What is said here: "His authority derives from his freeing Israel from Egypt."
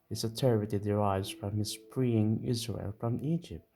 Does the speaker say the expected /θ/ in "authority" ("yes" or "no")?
no